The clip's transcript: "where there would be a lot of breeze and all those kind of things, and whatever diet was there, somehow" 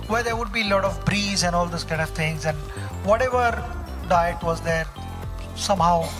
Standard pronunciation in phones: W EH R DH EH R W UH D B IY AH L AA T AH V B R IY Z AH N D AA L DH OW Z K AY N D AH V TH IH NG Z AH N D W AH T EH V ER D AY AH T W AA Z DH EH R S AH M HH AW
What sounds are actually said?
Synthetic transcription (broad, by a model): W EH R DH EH R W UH D B IY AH L AA T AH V B R IY Z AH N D AA L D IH S K AY N D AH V T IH NG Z AH N D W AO T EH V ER D AY AH T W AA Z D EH R S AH M HH AW